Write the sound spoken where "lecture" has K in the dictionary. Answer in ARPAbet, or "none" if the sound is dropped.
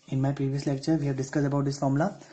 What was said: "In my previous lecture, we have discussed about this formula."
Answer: K